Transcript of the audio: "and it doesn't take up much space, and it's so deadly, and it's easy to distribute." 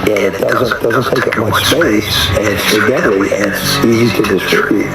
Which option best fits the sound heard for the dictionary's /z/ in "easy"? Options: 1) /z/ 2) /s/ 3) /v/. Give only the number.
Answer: 1